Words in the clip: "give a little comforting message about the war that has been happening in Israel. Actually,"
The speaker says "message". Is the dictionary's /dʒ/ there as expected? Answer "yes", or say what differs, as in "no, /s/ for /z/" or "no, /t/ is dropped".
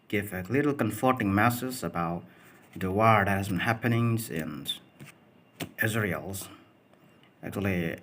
no, /z/ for /dʒ/